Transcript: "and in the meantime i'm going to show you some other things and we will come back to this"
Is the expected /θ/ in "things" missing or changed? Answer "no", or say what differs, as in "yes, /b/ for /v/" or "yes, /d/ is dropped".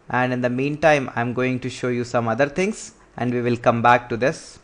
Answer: yes, /t/ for /θ/